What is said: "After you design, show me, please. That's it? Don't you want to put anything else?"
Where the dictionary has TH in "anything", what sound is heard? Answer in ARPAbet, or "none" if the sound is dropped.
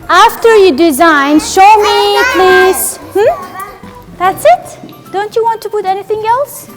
TH